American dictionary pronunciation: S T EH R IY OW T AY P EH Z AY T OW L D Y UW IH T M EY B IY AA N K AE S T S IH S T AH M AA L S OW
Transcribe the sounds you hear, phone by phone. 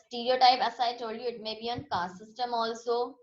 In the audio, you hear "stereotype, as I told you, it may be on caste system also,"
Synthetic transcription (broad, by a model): S T EH R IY OW T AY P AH S AY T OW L Y UW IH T M EY B IY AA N K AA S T S IH S T AH M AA L S OW